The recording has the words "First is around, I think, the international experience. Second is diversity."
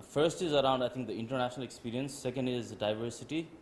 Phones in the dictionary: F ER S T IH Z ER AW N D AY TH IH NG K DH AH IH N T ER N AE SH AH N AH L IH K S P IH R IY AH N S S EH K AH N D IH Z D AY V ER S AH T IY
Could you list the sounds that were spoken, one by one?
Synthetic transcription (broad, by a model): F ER S T IH Z ER AW N D AY T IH NG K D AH IH N T ER N AE SH AH N AH L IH K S P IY R IY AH N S S EH K AH N D IH Z D AY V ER S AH T IY